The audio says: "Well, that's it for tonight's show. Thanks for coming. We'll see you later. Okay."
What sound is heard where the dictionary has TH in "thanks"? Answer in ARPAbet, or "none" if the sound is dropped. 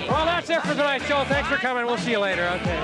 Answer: TH